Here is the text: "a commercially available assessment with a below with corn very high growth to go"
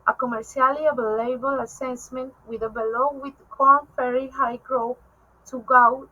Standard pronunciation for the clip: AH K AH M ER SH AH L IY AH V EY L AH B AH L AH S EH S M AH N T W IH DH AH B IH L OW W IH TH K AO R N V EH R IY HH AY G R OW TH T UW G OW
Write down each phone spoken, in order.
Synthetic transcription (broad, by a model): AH K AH M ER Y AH L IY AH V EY L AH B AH L AH S EH S M AH N T W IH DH AH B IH L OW W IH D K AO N F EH R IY HH AY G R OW T UW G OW